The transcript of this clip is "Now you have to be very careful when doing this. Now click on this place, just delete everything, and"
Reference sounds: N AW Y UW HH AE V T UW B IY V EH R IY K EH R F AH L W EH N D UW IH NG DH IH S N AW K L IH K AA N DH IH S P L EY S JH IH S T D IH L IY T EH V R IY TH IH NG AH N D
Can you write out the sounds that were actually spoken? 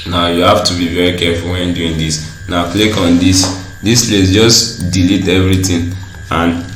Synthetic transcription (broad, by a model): N AW Y UW HH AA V T UW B IY V EH R IY K EH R F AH L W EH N D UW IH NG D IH S N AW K L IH K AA N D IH S P L EY S JH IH S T D IH L IY T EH V R IY T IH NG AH N